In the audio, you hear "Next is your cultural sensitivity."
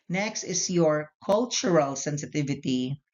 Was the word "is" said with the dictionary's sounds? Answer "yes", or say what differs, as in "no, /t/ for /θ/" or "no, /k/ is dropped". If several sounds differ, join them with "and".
no, /s/ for /z/